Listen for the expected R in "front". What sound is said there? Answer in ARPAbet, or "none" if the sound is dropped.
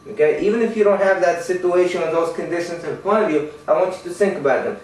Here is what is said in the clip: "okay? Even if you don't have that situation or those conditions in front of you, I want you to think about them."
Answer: none